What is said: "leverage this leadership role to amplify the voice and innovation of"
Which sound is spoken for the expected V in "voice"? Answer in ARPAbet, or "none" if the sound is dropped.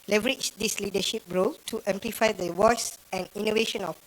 W